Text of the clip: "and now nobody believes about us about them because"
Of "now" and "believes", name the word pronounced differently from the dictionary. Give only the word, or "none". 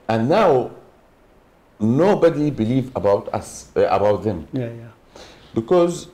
believes